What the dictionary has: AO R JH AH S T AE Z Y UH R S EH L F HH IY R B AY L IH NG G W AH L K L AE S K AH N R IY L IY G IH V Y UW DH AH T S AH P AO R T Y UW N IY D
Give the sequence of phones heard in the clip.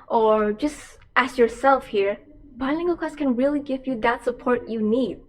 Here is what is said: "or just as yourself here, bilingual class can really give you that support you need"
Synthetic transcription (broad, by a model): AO R JH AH S T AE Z Y UH R S EH L F HH IY R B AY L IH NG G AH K AE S K AH N R IY L IY G IH V Y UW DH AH T S AH P AO R T Y UW N IY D